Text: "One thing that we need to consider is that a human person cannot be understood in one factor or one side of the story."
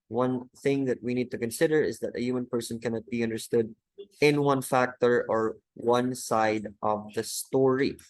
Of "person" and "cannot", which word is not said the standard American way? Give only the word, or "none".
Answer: none